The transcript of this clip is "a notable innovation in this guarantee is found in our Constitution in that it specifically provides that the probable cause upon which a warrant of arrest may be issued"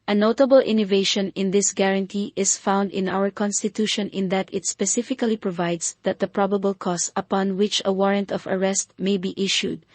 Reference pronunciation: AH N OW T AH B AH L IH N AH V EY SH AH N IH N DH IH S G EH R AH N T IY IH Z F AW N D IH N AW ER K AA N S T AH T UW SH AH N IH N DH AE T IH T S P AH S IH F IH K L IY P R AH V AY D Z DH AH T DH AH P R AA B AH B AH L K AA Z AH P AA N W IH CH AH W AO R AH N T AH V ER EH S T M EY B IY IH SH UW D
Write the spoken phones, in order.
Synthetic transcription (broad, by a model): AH N OW T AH B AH L IH N AH V EY SH AH N IH N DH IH S G EH R AH N T IY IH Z F AW N D IH N AW ER K AA N S T AH T UW SH AH N IH N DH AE T IH T S P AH S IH F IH K L IY P R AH V AY D S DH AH T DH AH P R AA B AH B AH L K AA S AH P AA N W IH CH AH W AO R AH N T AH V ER EH S T M EY B IY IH SH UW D